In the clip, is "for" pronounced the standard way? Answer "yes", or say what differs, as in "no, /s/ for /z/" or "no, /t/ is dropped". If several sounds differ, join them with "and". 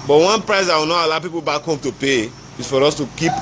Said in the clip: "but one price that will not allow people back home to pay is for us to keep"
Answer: yes